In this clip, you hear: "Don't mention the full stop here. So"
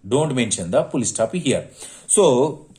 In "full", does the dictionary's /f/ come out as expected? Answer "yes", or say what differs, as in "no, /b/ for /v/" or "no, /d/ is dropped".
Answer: no, /p/ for /f/